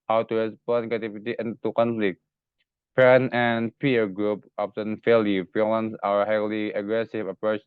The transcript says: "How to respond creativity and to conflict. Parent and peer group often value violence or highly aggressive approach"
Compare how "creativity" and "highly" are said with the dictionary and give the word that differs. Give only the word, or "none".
creativity